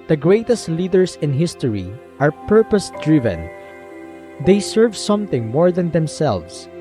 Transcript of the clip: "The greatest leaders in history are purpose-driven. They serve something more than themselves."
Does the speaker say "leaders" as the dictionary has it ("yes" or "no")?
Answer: no